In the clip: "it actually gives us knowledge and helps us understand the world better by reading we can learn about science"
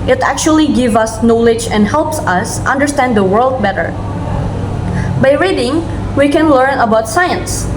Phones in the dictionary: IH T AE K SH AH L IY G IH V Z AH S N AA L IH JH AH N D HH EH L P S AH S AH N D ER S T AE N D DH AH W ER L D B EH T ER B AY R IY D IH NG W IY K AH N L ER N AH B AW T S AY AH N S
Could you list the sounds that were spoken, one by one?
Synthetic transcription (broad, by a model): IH T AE K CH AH L IY G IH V AH S N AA L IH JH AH N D HH EH L P S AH S AH N D ER S T AE N D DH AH W ER L D B EH T ER B AY R IY D IH NG W IY K AH N L ER N AH B AW T S AY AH N S